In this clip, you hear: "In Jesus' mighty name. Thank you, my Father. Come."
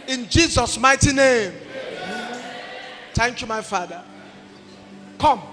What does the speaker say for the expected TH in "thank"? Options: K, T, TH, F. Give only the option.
T